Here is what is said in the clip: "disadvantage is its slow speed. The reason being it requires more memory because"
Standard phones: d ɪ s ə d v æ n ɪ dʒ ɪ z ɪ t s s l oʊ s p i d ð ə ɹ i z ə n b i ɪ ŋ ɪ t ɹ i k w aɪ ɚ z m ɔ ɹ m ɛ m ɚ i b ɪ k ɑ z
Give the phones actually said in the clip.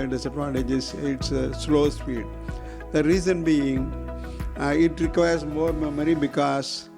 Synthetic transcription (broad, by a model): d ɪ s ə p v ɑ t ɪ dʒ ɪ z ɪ t s s l oʊ s f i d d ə ɹ i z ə n b i ɪ ŋ ɪ t ɹ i k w aɪ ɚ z m ɔ ɹ m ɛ m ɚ i b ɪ k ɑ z